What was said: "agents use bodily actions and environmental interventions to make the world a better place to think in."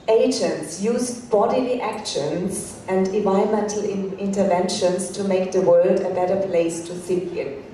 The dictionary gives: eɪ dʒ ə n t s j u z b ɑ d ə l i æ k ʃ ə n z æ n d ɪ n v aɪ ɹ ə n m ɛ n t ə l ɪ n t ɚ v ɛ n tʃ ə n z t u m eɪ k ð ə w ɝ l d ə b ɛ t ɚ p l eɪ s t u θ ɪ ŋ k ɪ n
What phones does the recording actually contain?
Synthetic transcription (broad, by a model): eɪ dʒ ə n t s j u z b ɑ d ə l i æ k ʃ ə n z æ n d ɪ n v aɪ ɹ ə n m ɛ n t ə l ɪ n t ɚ v ɛ n ʃ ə n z t u m eɪ k ð ə w ɝ l d ə b ɛ t ɚ p l eɪ s t u s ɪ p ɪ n